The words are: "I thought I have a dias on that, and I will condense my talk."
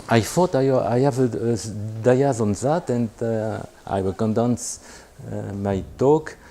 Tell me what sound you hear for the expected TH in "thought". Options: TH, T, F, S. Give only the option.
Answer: F